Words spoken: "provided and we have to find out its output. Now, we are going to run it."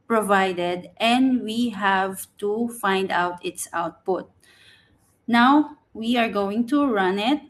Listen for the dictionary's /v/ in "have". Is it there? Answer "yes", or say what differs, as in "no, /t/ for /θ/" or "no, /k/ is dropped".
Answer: yes